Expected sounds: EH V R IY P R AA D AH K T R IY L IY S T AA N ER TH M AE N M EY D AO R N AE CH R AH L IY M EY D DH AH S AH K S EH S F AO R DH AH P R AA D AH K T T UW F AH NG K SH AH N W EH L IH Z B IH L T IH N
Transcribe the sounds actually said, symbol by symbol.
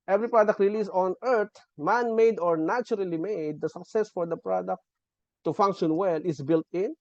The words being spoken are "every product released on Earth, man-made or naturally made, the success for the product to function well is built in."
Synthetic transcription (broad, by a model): EH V R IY P R AA D AH K T R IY L IY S AA N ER T M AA N M EY D AO R N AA CH R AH L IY M EY D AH S AH K S EH S F AO R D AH P R AA D AH K T T UW F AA NG K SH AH N W EH L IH S B IH L T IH N